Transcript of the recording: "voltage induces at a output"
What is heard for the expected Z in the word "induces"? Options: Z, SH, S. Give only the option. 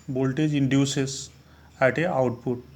S